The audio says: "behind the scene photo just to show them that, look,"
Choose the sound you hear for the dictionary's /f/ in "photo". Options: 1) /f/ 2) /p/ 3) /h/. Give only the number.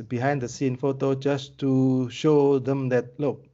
1